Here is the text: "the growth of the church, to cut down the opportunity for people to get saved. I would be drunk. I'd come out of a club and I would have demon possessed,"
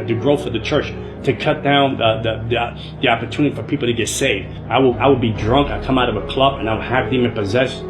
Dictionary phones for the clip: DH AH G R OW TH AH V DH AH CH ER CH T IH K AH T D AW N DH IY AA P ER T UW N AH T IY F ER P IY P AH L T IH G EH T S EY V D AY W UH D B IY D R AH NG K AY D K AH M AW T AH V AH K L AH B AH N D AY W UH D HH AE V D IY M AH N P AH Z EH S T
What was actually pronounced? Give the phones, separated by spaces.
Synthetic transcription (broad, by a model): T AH G R OW F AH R DH AH CH ER CH T IH K AH T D AW N DH IY AA P ER T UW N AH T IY F ER P IY P L T IH G EH T S EY V D AY W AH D B IY D R AH NG K AY K AH M AW T AH V AH K L AH B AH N AY W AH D HH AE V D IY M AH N P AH Z EH S